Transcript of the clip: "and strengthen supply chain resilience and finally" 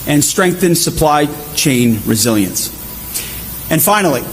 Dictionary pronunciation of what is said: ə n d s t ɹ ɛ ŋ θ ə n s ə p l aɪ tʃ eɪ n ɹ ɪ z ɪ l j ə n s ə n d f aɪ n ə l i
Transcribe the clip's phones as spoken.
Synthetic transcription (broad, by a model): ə n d s t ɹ ɛ ŋ θ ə n s ə p l aɪ tʃ eɪ n ɹ ɪ z ɪ l j ə n s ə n f aɪ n l i